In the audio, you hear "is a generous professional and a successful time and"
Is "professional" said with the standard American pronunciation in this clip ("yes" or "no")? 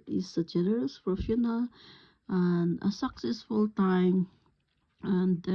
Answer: no